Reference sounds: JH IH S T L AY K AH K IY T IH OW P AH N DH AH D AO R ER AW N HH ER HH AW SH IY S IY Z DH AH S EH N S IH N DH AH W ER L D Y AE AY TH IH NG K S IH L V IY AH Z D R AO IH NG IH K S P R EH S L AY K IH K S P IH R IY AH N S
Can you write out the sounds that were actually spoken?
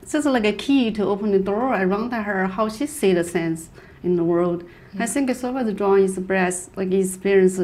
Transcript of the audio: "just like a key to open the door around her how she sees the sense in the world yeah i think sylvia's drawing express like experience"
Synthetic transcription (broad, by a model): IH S L AY K AH K IY T IH OW P AH N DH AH D AO R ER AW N HH ER HH AW SH IY S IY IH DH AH S EH N S IH N DH AH W ER L D AY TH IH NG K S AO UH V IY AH D R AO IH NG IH S B R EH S L AY K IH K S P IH R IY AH N S